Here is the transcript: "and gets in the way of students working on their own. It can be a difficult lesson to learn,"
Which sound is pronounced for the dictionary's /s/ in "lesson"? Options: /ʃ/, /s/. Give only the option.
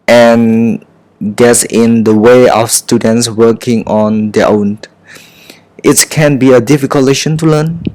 /ʃ/